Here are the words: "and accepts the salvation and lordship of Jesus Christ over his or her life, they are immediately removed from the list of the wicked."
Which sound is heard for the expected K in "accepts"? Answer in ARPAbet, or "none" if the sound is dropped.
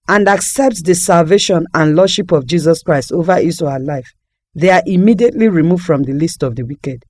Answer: K